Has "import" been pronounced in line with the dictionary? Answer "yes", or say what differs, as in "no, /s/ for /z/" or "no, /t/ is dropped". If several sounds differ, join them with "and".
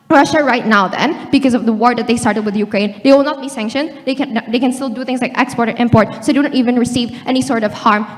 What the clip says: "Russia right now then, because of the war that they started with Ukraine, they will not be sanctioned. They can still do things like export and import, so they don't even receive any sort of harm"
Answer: yes